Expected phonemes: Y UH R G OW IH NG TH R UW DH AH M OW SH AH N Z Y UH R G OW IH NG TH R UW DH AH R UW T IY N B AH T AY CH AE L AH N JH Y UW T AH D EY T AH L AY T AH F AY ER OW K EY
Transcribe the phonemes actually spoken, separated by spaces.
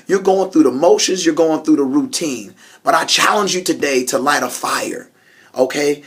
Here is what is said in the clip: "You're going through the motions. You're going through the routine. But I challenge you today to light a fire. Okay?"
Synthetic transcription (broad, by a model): Y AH R G OW IH NG TH R UW DH AH M OW SH AH N Z Y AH R G OW IH NG TH R UW DH AH R UW T IY N B AH T AY CH AE L AH N JH Y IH T AH D EY T AH L AY T AH F AY ER OW K EY